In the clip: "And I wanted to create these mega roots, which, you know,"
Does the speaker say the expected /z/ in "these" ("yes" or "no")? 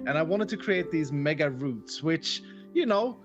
yes